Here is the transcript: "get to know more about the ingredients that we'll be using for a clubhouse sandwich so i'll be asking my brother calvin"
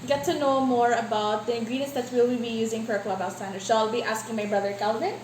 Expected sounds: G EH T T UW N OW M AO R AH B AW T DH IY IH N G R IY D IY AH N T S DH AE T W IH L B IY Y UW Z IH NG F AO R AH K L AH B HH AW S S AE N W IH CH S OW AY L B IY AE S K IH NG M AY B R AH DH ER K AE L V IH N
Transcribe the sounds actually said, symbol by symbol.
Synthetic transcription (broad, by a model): G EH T T UW N OW M AO R AH B AW T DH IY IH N G R IY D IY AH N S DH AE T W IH L B IY Y UW Z IH NG F AO R AH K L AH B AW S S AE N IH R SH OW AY L B IY AE S K IH NG M AY B R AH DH ER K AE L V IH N